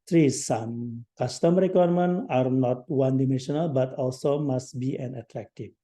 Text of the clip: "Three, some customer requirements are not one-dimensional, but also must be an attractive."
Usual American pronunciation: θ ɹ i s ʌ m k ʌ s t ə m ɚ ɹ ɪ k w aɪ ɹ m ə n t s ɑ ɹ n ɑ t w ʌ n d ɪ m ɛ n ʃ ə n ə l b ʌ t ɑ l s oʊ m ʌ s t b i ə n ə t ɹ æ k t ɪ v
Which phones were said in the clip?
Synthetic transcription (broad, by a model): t ɹ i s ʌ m k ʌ s t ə m ɹ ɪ k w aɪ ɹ m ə n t ɑ ɹ n ɑ t w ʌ n d ɪ m ɛ n ʃ ə n ə l b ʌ t ɑ l s oʊ m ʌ s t b i ə n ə t ɹ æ k t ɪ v